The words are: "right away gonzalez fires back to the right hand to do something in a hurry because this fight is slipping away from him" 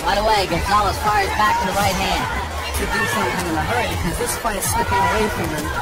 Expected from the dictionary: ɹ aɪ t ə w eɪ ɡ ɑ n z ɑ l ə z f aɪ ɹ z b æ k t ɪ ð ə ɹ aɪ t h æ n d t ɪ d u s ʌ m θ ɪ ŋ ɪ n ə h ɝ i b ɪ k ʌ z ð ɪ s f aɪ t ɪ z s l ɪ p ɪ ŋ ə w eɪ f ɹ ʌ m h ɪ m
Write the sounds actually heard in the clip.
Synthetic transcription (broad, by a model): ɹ aɪ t ə w eɪ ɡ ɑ z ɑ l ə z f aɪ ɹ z b æ k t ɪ ð ə ɹ aɪ t h æ n d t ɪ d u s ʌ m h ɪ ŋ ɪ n ə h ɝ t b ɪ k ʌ z ð ɪ s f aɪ ɪ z s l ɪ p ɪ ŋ ə w eɪ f ɹ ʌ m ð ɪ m